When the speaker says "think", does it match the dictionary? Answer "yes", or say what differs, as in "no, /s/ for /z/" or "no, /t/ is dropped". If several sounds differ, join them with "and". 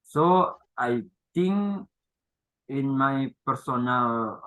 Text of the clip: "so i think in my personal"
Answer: no, /t/ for /θ/ and /k/ is dropped